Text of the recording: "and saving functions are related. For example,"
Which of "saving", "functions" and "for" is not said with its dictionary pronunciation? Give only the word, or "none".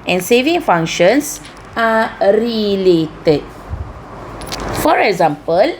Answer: functions